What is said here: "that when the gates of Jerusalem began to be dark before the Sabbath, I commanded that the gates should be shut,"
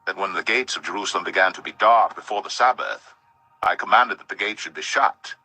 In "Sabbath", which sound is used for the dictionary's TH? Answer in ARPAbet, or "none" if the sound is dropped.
TH